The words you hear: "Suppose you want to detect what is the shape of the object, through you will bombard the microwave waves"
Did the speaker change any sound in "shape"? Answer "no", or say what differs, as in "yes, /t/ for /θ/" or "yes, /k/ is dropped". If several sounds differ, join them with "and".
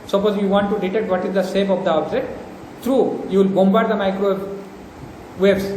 yes, /s/ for /ʃ/